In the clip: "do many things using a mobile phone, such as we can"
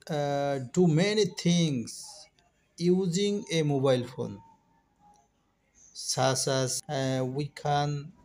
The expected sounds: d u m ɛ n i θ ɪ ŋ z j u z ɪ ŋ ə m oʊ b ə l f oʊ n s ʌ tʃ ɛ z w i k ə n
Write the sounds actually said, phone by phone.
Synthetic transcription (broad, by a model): d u m ɛ n i t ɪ ŋ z j u z ɪ ŋ ə m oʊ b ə l f oʊ n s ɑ s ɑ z w i k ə n